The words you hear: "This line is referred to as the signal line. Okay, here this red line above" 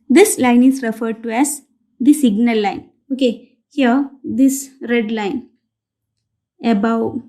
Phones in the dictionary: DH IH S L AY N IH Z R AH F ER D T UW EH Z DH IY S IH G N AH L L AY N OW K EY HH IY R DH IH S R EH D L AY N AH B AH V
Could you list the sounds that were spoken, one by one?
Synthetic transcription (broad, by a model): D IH S L AY N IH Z R AH F ER D T UW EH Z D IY S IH G N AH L L AY N OW K EY HH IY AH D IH S R EH D L AY N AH B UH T